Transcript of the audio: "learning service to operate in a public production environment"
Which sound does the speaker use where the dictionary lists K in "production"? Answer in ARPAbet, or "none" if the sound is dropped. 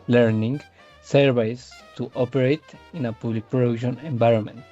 none